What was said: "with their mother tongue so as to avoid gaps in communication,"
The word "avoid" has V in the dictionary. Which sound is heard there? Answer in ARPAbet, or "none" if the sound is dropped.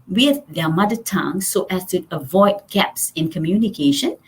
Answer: V